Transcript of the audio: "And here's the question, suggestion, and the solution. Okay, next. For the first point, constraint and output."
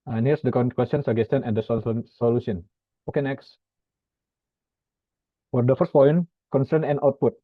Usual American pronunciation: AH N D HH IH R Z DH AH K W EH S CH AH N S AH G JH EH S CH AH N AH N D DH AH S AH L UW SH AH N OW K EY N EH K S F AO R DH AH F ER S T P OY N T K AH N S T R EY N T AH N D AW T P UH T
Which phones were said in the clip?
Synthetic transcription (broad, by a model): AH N HH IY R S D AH K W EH S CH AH N S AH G EH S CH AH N AH N D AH S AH L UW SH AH N OW K EY N EH K S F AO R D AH F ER S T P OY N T K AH N S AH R N AH N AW T P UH T